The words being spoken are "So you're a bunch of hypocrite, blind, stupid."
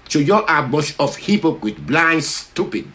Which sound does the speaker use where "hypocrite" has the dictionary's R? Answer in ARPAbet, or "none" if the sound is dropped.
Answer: W